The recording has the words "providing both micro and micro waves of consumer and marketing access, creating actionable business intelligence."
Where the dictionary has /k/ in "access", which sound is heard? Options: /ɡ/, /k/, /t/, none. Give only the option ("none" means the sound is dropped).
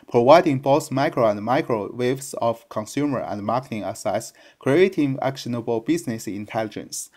none